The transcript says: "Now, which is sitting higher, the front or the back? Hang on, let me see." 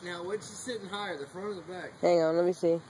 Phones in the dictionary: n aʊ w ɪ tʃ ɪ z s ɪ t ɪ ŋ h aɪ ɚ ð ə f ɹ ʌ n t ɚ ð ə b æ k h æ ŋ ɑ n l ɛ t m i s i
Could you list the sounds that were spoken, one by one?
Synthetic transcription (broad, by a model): n aʊ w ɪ s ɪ s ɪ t ɪ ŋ h aɪ ɚ ð ə f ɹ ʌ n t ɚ ð ə b æ k h æ ŋ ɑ n l ɛ t m i s i